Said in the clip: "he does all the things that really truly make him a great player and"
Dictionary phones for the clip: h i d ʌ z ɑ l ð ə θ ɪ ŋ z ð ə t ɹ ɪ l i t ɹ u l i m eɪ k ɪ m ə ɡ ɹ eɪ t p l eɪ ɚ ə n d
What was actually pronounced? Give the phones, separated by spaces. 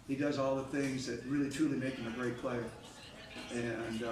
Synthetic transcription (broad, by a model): h i d ʌ z ɑ l ð ə θ ɪ ŋ z ð ə t ɹ ɪ l i t ɹ u l i m eɪ k ɪ m ə ɡ ɹ eɪ t p l eɪ ɚ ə n